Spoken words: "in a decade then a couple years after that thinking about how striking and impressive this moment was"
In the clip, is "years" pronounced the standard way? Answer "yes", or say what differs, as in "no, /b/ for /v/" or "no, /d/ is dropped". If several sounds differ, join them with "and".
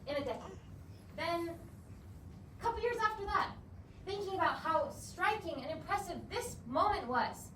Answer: yes